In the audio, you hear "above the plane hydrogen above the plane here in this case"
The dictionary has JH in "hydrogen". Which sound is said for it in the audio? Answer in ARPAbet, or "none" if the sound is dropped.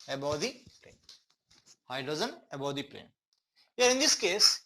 Z